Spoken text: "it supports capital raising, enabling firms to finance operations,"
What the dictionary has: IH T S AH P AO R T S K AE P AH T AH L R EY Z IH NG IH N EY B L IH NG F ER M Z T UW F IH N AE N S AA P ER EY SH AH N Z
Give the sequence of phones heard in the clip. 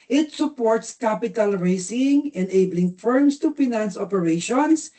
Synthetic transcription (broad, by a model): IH T S AH P AO R T S K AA P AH T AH L R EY S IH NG IH N EY B L IH NG F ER M S T UW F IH N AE N S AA P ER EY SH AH N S